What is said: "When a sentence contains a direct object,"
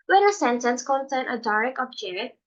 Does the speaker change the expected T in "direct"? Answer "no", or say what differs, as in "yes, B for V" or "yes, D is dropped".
yes, T is dropped